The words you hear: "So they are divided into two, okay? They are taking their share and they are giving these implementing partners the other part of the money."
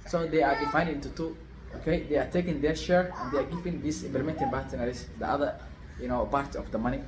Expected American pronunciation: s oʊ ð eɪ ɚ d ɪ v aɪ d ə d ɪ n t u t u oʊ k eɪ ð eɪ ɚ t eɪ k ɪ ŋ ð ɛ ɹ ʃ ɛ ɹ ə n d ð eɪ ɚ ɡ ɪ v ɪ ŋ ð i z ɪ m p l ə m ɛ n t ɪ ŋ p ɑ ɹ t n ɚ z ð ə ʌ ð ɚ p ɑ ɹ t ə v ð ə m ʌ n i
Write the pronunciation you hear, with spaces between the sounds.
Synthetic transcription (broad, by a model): s oʊ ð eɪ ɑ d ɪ f aɪ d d ɪ n t u t u oʊ k eɪ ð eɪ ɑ t eɪ k ɪ ŋ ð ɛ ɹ ʃ ɛ ɹ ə n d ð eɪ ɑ ɡ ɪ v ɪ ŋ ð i s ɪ m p l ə m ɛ n t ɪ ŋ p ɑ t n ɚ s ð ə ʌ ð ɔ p ɑ ɹ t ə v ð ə m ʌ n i